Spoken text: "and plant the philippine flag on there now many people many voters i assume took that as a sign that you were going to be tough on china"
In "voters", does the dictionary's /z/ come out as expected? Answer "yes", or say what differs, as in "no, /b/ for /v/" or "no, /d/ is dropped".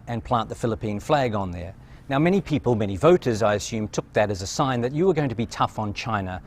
yes